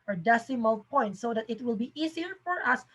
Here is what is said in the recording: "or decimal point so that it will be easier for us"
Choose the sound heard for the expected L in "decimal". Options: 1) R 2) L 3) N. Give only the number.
2